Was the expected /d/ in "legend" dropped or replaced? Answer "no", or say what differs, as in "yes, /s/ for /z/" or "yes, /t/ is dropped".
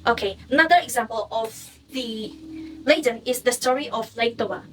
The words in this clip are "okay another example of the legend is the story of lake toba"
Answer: yes, /d/ is dropped